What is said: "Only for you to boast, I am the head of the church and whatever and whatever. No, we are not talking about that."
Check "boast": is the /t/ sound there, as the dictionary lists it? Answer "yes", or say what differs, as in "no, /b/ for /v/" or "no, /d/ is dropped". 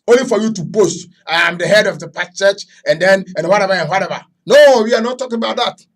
yes